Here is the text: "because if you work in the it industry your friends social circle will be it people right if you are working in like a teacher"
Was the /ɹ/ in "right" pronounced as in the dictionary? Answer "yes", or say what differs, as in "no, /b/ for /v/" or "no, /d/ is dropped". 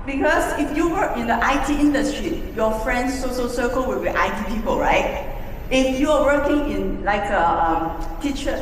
yes